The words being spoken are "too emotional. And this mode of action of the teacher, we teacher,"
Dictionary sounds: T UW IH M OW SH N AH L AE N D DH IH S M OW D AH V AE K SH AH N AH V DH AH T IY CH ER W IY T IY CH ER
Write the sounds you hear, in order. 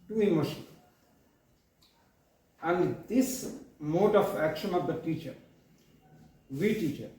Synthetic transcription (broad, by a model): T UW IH M OW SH AH N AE N D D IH S M OW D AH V AE K SH AH N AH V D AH T IY CH ER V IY T IY CH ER